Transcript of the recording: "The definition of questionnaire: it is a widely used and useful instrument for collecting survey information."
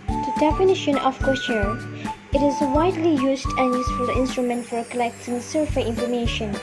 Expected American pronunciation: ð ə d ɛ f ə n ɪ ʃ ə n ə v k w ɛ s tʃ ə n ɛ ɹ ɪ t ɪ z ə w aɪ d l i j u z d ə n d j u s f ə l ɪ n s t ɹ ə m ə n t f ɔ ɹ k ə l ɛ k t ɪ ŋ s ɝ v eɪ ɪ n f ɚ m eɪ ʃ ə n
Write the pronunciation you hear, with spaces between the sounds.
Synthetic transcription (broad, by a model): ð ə d ɛ f ə n ɪ ʃ ə n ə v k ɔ tʃ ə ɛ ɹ ɪ t ɪ z ə w aɪ d l i j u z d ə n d j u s f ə l ɪ n s t ɹ ə m ə n t f ɔ ɹ k ə l ɛ k t ɪ ŋ s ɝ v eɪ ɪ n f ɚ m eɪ ʃ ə n